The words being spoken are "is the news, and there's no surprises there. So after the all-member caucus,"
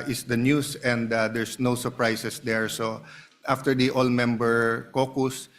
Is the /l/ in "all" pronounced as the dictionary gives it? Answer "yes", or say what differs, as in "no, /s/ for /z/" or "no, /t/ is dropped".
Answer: yes